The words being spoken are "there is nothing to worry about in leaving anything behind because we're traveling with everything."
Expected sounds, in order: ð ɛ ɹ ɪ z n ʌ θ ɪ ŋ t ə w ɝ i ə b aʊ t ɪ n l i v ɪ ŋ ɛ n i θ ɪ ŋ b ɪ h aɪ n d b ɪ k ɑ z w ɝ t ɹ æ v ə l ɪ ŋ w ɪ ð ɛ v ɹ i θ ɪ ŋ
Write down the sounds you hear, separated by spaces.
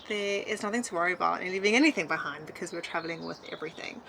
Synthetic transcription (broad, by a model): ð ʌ ɪ z n ʌ θ ɪ ŋ t ə w ɝ i ə b aʊ t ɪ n l i v ɪ ŋ ɛ n i θ ɪ ŋ b ɪ h aɪ n d b ɪ k ɑ z w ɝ t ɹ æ v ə l ɪ ŋ w ɪ ð ɛ v ɹ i θ ɪ ŋ